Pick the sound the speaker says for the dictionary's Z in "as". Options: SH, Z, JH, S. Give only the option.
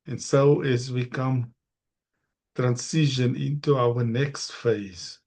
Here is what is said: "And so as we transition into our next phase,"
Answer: Z